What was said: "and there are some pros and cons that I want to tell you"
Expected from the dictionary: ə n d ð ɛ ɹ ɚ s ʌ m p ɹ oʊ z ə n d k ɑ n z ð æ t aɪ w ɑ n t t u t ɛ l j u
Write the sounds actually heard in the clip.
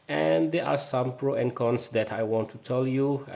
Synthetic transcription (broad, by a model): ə n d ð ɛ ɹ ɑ s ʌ m p ɹ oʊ ə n k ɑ n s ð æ t aɪ w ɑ n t t u t ɛ l j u